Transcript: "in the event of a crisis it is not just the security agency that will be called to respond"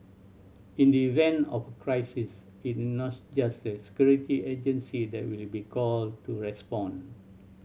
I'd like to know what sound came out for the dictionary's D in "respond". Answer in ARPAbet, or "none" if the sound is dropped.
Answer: none